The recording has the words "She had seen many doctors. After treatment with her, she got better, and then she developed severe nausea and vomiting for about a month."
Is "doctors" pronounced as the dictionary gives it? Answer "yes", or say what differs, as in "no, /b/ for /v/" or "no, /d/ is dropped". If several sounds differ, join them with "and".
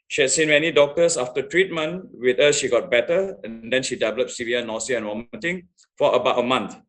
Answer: no, /s/ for /z/